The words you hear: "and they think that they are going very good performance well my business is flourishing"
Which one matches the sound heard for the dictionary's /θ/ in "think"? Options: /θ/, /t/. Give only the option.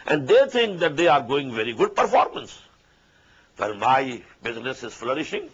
/t/